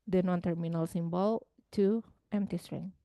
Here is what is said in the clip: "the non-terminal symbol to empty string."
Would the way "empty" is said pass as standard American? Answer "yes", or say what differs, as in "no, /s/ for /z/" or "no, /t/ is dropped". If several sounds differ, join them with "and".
yes